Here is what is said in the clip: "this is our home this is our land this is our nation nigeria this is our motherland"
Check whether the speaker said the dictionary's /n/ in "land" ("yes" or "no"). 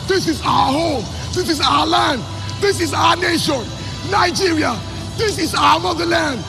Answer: yes